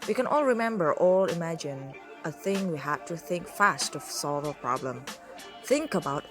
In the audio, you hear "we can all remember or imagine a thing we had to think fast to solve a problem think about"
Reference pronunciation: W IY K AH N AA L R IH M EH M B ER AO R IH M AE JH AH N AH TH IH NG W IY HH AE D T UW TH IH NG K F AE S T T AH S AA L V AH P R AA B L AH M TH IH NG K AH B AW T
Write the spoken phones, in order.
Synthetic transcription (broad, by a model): W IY K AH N AA L R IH M EH M B ER AO L IH M AE JH AH N AH TH IH NG W IY HH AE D T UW TH IH NG K F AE S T T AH S AA L V AH P R AA B L AH M TH IH NG K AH B AW T